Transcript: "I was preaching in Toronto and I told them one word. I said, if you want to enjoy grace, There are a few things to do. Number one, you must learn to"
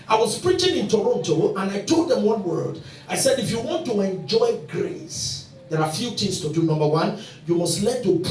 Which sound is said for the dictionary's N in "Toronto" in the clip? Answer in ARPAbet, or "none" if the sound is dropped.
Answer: N